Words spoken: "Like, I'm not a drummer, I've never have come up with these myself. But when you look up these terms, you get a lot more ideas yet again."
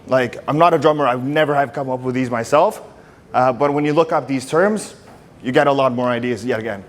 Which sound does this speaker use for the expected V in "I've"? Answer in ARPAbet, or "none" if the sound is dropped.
W